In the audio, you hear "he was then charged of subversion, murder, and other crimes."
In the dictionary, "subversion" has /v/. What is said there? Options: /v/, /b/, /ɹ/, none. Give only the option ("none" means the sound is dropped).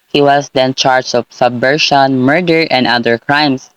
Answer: none